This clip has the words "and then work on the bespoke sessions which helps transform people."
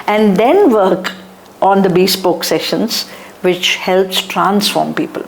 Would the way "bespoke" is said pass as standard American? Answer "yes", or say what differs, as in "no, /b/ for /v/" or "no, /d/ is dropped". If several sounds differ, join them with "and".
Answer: yes